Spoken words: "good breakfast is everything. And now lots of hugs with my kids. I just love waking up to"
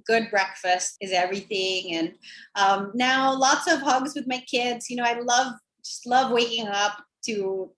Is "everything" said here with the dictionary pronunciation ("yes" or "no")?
yes